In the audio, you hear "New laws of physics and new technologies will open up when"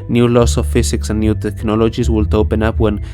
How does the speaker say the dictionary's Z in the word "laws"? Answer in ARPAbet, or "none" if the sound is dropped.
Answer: S